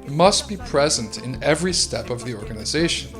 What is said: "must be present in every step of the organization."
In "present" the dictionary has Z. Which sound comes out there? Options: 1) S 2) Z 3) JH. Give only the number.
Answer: 2